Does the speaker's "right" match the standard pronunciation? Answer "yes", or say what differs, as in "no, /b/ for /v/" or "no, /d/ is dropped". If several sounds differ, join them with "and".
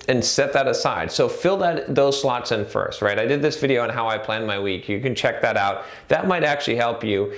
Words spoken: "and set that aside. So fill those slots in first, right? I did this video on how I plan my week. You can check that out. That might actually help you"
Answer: yes